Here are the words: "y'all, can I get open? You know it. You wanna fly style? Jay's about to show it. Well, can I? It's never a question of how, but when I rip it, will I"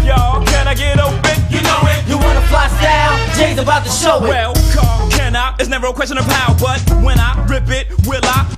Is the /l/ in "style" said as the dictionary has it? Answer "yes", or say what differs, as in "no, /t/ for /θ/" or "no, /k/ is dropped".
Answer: no, /n/ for /l/